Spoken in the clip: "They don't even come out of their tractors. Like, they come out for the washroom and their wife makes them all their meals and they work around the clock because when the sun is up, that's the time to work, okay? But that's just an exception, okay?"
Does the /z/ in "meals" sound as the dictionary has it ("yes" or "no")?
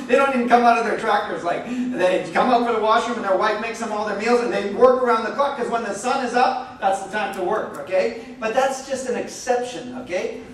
yes